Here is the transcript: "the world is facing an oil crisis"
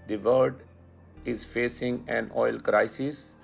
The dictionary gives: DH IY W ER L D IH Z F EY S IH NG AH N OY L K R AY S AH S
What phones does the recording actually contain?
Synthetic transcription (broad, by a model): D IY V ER D IH Z F EY S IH NG AH N OY L K R AY S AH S